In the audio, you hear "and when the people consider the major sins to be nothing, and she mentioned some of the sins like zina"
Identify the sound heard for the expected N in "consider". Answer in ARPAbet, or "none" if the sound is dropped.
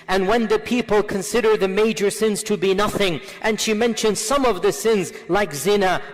N